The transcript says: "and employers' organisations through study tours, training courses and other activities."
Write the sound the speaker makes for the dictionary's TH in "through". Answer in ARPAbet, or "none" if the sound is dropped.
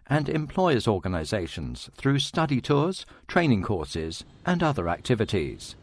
TH